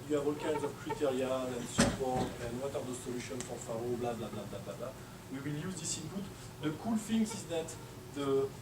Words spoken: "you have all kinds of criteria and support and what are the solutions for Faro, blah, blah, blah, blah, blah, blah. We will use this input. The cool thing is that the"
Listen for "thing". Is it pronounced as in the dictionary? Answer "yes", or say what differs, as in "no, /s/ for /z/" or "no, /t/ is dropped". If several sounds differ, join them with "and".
no, /f/ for /θ/